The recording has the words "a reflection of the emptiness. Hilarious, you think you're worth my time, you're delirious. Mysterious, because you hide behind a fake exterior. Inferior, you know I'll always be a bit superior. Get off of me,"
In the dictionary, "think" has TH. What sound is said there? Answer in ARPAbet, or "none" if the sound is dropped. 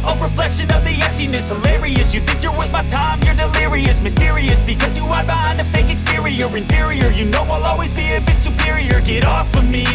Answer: TH